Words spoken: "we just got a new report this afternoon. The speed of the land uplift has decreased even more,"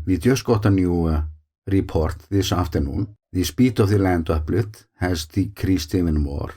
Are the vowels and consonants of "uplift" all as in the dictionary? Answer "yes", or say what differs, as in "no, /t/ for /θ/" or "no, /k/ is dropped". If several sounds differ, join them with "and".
no, /f/ is dropped